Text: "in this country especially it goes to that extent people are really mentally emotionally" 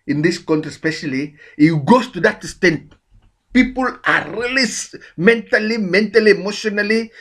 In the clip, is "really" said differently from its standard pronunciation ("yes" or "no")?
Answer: yes